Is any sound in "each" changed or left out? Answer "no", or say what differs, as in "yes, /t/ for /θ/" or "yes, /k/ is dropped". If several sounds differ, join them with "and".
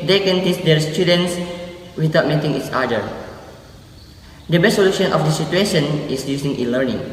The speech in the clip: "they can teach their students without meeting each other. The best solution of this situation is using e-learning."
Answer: yes, /s/ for /tʃ/